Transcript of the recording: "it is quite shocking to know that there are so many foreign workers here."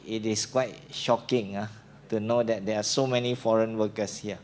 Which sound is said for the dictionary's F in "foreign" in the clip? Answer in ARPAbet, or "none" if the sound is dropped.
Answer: F